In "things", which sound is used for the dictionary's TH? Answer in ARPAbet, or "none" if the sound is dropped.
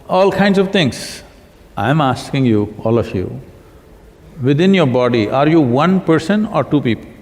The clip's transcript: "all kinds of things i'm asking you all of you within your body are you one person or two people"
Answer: T